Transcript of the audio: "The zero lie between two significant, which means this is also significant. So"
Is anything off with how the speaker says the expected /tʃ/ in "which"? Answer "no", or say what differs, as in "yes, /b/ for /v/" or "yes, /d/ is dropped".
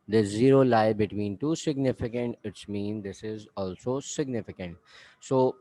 yes, /s/ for /tʃ/